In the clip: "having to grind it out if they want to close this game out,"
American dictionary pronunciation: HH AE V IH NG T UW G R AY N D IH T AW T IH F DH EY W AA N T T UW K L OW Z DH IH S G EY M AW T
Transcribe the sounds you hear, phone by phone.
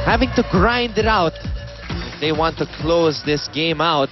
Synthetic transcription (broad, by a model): HH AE V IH NG T UW G R AY N D IH T AW T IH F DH EY W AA N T T UW K L OW Z DH IH S G EY M AW T